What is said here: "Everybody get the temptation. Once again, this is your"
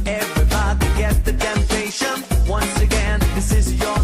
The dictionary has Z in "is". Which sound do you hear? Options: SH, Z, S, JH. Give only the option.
Z